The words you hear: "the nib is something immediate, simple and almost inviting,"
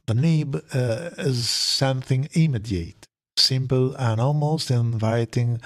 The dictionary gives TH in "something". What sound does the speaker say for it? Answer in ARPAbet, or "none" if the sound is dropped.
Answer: TH